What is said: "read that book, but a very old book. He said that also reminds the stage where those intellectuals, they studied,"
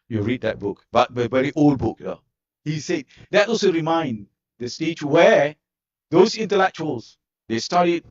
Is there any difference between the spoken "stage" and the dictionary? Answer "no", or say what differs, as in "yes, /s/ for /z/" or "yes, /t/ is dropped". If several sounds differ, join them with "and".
yes, /tʃ/ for /dʒ/